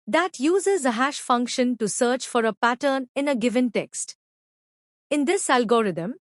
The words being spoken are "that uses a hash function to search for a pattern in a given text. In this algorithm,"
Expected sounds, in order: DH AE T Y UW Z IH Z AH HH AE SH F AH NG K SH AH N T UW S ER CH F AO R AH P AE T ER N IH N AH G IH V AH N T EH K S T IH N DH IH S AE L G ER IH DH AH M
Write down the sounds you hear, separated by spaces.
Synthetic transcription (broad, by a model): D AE T Y UW Z IH Z AH HH AE SH F AH NG K SH AH N T UW S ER CH F AO R AH P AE T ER N IH N AH G IH V AH N T EH K S T IH N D IH S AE L G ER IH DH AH M